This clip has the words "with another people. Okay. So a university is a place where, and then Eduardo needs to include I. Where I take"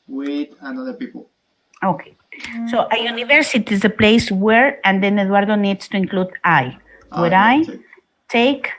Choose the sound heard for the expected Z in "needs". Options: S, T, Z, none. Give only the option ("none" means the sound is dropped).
S